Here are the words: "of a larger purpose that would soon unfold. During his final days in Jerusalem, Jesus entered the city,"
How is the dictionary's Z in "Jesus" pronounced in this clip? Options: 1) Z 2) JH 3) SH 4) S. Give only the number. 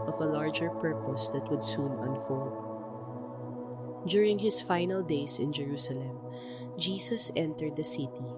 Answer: 4